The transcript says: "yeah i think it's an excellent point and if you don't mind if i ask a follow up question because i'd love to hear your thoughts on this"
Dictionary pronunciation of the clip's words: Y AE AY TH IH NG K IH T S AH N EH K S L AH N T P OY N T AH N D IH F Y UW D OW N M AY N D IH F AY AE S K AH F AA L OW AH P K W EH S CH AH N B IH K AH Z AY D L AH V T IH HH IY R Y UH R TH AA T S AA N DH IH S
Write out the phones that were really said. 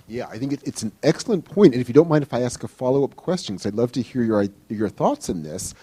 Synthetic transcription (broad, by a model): Y AE AY TH IH NG K IH T S N EH K S L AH N P OY N T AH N IH F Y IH D OW N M AY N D IH F AY AE S K AH F AA L OW AH P K W EH S CH AH N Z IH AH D L AH V T IH HH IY R Y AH R TH AA T S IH N DH IH S